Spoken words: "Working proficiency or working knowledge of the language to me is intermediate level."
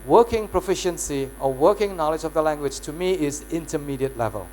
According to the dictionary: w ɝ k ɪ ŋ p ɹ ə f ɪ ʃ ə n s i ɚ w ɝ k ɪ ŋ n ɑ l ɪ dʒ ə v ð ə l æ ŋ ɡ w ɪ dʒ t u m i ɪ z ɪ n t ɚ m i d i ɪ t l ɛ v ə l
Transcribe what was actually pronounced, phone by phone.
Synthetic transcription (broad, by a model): w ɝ k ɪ ŋ p ɹ ə f ɪ ʃ ə n s i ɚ w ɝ k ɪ ŋ n ɑ l ɪ dʒ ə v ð ə l æ ŋ ɡ w ɪ dʒ t u m i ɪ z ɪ n t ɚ m i d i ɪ t l ɛ v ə l